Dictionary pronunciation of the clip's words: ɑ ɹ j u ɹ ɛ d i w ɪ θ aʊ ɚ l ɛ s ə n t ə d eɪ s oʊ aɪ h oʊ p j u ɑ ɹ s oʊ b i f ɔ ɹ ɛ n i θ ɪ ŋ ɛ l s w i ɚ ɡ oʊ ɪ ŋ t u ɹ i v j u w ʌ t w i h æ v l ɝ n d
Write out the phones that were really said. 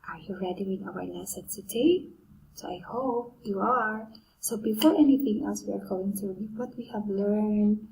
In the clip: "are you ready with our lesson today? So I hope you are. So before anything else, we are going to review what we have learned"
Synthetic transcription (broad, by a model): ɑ ɹ j u ɹ ɛ d i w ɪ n aʊ ɚ n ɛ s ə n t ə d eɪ s oʊ aɪ h oʊ p j u ɑ ɹ s oʊ b i f ɔ ɹ ɛ n i θ ɪ ŋ ɛ l s w i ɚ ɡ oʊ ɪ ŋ t u w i w ʌ t w i h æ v l ɝ n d